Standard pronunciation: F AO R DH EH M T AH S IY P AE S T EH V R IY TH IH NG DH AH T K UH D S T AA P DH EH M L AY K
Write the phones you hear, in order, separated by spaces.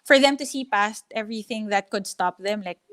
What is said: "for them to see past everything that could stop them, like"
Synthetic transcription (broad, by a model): F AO R DH EH M T AH S IY P AE S T EH V R IY TH IH NG DH AH T K UH D S T AA P DH EH M L AY K